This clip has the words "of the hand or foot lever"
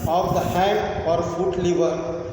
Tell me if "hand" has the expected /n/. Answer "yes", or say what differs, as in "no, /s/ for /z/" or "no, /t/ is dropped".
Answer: no, /n/ is dropped